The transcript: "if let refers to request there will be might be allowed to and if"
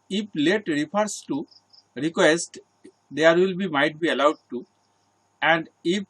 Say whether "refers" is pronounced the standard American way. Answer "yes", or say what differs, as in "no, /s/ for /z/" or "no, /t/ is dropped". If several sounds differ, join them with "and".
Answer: no, /p/ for /f/ and /s/ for /z/